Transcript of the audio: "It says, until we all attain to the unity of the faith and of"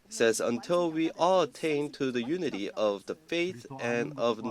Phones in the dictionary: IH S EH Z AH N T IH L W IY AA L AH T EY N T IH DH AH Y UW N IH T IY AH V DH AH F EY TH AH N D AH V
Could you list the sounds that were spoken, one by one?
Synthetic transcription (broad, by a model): S EH Z AH N T IH L W IY AA L AH T EY N T IH DH AH Y UW N IH T IY AH V DH AH F EY TH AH N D AH V